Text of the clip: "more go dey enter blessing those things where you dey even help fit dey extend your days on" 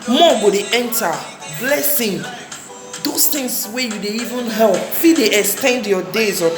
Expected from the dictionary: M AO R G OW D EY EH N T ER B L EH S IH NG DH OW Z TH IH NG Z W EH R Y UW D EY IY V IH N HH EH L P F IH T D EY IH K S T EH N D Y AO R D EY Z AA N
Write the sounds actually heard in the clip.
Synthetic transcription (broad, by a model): M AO G OW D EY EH N T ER B L EH S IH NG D OW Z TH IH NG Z W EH Y UW D EY IY V IH N HH EH L P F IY D EY IH K S T EH N D Y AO D EY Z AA